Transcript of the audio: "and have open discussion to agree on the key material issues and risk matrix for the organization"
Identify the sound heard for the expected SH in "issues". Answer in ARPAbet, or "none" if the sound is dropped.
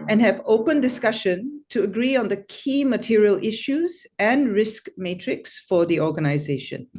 SH